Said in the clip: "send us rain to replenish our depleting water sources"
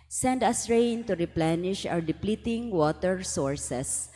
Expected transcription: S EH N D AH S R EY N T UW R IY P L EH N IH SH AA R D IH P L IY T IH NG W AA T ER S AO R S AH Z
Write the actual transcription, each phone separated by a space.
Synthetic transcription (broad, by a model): S EH N D AH S R EY N T UW R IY P L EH N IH SH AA W D IH P L IY T IH NG W AA T ER S AO R S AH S